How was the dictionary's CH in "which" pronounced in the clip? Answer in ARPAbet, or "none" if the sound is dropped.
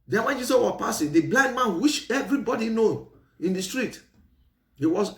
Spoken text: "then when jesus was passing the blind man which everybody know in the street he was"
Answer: SH